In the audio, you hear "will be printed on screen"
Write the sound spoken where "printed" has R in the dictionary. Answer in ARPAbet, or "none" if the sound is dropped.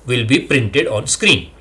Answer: R